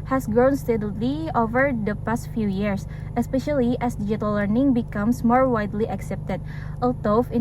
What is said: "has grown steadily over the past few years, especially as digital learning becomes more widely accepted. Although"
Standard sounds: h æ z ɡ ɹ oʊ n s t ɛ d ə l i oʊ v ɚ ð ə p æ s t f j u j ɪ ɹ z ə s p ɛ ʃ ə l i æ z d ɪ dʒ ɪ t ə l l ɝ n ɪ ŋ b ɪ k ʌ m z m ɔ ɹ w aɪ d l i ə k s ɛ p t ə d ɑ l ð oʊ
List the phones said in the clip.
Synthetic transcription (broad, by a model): h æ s ɡ ɹ oʊ n s t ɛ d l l i oʊ v ɚ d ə p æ s t f j u j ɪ ɹ s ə s p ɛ ʃ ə l i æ s d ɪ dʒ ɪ t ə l l ɝ n ɪ ŋ b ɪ k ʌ m s m ɔ ɹ w aɪ d l i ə k s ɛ p t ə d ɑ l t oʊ